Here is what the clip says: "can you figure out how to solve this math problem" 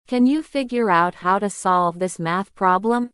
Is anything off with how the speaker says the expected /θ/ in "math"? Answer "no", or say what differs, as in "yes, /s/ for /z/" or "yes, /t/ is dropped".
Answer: no